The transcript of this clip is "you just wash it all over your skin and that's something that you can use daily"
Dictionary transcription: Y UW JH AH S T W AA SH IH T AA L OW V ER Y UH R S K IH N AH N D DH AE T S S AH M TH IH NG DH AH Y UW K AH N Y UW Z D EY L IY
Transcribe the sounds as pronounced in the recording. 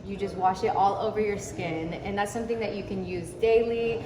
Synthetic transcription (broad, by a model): Y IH JH AH S T W AA SH IH T AA L OW V ER Y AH R S K IH N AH N DH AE T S S AH M TH IH NG DH AH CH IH K AH N Y UW Z D EY L IY